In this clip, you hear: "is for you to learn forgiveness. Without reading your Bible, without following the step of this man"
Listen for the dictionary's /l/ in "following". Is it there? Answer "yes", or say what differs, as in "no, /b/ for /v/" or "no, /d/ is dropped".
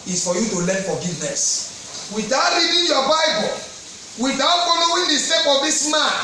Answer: no, /n/ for /l/